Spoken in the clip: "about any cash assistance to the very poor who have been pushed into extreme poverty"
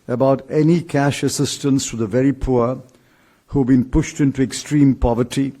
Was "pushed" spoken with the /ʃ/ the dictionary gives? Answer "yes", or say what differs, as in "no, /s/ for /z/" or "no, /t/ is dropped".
yes